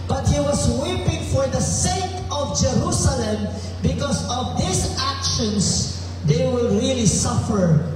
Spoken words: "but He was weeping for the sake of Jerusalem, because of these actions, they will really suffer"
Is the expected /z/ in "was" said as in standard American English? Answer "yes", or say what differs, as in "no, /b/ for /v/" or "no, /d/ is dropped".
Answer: no, /s/ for /z/